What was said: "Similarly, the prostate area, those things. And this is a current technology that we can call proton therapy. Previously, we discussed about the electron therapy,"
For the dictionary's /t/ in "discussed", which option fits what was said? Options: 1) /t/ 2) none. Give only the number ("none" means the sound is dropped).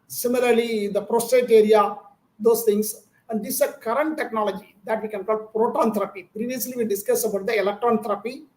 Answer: 2